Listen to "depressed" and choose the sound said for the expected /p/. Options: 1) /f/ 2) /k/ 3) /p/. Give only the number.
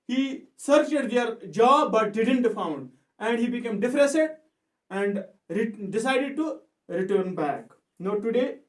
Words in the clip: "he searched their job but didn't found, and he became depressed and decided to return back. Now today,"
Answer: 1